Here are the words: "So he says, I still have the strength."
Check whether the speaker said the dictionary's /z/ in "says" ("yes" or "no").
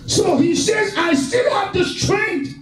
yes